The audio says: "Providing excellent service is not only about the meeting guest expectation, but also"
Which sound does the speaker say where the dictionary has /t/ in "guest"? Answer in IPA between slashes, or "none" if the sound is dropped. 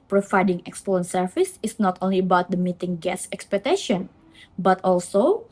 none